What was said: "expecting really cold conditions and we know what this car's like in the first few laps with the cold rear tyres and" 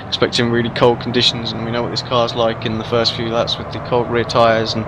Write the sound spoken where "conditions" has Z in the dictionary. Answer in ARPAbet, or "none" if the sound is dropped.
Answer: Z